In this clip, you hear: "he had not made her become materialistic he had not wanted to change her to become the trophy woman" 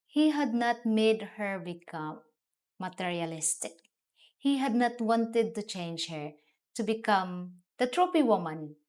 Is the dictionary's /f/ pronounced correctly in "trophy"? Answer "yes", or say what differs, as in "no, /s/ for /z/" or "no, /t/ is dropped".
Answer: no, /p/ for /f/